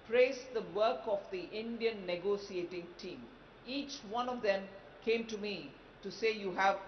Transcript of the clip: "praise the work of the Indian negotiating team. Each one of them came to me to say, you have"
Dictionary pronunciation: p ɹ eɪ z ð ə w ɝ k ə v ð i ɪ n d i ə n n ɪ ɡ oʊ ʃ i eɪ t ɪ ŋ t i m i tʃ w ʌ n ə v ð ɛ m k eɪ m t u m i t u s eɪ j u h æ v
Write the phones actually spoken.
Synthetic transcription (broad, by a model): p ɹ eɪ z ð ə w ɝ k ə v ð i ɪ n d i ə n n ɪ ɡ oʊ s i eɪ t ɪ ŋ t i m i tʃ w ʌ n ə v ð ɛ m k eɪ m t u m i t u s eɪ j u h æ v